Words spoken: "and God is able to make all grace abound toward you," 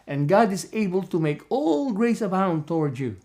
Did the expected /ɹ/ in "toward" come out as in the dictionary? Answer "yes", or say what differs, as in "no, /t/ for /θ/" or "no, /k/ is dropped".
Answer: yes